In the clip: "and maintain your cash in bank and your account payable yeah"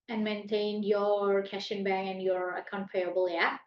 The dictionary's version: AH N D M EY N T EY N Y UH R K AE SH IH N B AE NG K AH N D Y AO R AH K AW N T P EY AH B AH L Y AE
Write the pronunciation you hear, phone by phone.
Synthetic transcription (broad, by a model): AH N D M EY N T EY N Y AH R K AE SH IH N B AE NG AH N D Y AO R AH K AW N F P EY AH B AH L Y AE